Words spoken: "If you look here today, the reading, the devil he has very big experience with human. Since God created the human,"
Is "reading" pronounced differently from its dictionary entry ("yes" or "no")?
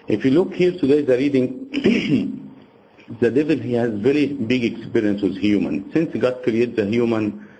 no